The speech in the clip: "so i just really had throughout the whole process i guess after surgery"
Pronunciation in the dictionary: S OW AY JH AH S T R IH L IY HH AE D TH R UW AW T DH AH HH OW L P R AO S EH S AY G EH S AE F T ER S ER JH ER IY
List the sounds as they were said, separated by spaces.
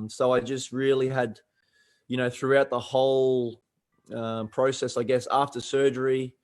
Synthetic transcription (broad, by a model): S OW AY JH AH S T R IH L IY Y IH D TH R UW AW T DH AH HH OW L P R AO S EH S AY G EH S AE F T ER S ER JH ER IY